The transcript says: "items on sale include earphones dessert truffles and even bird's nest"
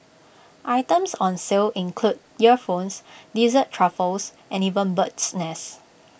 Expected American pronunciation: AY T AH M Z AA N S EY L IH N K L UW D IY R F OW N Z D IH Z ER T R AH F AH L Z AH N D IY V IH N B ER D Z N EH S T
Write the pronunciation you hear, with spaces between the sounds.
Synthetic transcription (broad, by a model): AY T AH M S AA N S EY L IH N K L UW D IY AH F OW N S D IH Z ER T R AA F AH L S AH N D IY V IH N B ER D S N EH S